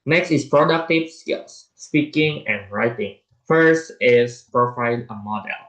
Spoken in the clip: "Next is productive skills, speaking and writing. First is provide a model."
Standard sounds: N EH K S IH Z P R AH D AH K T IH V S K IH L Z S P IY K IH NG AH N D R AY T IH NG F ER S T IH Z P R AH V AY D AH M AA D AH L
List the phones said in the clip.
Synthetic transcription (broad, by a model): N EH K S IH S P R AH D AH K T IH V S K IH L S S P IY K IH NG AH N R AY T IH NG F ER S T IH S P R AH F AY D AH M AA D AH L